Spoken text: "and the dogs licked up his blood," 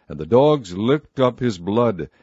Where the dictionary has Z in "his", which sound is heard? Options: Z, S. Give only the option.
Z